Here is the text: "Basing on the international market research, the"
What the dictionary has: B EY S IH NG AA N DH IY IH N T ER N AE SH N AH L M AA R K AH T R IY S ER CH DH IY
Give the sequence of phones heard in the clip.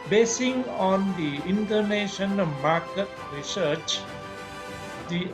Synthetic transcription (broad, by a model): B EY S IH NG AA N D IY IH N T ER N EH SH AH N M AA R K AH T R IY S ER CH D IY